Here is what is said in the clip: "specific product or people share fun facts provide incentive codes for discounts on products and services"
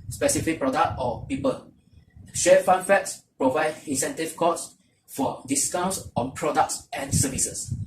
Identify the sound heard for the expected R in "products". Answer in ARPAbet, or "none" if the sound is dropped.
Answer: R